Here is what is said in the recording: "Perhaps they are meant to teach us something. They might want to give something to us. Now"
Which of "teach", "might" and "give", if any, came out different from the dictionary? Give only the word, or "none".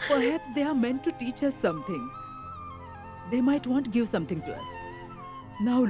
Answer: none